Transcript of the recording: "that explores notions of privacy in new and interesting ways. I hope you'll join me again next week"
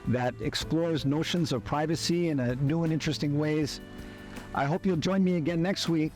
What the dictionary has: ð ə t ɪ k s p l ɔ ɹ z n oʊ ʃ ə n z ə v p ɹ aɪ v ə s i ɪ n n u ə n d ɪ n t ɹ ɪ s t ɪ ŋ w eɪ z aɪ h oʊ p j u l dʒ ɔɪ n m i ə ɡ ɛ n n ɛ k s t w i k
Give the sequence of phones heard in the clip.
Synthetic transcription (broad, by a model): ð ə t ɪ k s p l ɔ ɹ z n oʊ ʃ ə n z ə v p ɹ aɪ v ə s i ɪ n n u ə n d ɪ n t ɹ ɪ s t ɪ ŋ w eɪ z aɪ h oʊ p j u l dʒ ɔɪ n m i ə ɡ ɛ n n ɛ k s t w i k